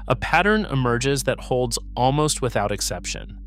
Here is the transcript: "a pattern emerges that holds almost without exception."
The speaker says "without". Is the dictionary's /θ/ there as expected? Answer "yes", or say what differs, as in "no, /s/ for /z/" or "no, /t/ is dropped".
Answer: yes